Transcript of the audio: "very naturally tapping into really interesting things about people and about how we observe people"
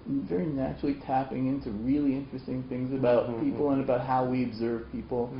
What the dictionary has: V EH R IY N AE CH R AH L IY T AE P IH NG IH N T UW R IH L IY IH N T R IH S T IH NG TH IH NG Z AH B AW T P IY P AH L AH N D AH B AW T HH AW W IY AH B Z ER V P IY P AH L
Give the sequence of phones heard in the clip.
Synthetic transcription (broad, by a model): V EH R IY N AE CH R L IY T AE P IH NG IH N T UW R IH L IY IH N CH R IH S T IH NG TH IH NG Z AH B AW T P IY P L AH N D AH B AW T HH AW W IY AH B Z ER V P IY P L